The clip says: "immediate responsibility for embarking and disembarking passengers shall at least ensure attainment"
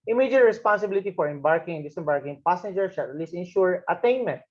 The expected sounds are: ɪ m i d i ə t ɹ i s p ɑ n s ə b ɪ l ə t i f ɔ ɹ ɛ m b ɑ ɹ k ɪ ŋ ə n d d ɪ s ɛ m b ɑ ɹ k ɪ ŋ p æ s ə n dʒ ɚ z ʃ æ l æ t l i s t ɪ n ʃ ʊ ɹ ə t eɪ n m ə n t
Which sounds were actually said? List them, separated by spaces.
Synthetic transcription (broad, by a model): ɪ m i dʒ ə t ɹ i s p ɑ n s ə b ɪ l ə t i f ɔ ɹ ɛ m b ɑ ɹ k ɪ ŋ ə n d d ɪ s ɛ m b ɑ ɹ k ɪ ŋ p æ s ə n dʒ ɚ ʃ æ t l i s ɪ n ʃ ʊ ɹ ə t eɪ n m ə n t